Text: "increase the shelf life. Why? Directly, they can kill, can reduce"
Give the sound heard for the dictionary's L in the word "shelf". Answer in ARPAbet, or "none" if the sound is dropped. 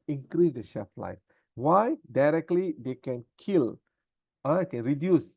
none